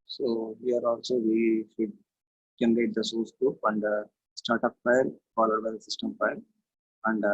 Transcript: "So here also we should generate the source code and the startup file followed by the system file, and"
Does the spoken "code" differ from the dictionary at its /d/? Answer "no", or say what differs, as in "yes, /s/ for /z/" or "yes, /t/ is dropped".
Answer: yes, /d/ is dropped